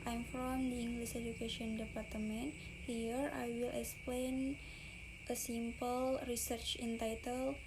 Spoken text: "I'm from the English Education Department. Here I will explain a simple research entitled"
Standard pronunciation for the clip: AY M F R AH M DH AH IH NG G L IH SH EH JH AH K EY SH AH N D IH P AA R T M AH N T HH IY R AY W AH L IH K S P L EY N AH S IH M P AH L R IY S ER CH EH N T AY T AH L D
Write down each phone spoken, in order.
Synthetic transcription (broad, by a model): AY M F R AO M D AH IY NG G L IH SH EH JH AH K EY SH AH N D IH P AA R T M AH N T HH IY R AY W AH L IH K S P L EY N AH S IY M P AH L R IY S ER CH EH N T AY T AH L